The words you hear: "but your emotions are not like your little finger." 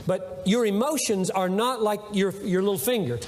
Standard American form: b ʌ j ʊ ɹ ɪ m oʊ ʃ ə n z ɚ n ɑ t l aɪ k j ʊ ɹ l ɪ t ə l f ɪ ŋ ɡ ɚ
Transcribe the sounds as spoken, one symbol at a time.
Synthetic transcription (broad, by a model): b ʌ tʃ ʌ ɹ ɪ m oʊ ʃ ə n z ɚ n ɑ t l aɪ k j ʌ ɹ l ɪ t l f ɪ ŋ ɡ ɚ